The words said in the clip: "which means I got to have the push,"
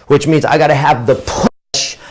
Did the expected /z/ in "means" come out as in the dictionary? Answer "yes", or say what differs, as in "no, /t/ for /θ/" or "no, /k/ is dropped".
yes